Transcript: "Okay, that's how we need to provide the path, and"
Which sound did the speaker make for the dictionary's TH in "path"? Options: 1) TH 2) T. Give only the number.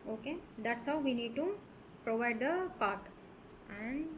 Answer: 2